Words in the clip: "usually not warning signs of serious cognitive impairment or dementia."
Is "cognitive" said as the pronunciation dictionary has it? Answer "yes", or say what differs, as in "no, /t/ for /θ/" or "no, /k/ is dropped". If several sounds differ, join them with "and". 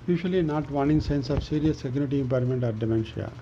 no, /v/ is dropped